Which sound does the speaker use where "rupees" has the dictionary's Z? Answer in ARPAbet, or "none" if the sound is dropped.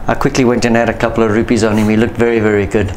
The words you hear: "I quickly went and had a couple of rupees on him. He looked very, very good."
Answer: Z